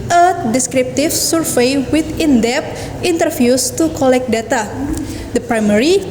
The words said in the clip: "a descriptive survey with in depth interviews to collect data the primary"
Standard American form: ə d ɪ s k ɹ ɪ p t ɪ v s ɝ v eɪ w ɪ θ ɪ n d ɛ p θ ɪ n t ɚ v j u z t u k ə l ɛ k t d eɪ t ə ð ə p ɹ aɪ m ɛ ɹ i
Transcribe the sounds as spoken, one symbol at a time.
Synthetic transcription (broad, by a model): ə d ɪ s k ɹ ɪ p t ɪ f s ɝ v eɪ w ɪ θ ɪ n d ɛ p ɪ n t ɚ f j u s t u k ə l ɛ k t d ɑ t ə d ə p ɹ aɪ m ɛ ɹ i